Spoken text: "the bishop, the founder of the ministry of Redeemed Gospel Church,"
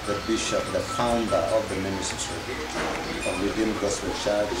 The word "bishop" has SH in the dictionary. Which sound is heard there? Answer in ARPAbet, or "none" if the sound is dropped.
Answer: SH